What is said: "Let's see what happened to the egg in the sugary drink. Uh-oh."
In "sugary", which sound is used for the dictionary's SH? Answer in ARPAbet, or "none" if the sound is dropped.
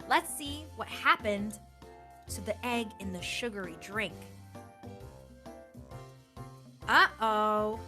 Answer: SH